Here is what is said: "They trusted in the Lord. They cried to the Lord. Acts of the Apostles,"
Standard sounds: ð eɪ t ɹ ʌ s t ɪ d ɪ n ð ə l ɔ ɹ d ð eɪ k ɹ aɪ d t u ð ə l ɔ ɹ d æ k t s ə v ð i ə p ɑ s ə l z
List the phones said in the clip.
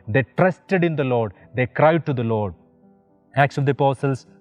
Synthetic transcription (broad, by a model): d eɪ t ɹ ʌ s t ɪ d ɪ n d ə l ɔ ɹ d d eɪ k ɹ aɪ d t u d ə l ɔ ɹ d æ k t s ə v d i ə p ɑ s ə l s